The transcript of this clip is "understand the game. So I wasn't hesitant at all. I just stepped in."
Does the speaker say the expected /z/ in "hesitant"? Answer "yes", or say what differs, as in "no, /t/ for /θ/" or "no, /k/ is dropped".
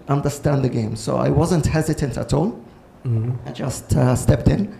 yes